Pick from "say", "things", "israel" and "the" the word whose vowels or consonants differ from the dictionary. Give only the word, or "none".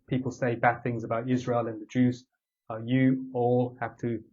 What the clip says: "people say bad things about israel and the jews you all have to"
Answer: none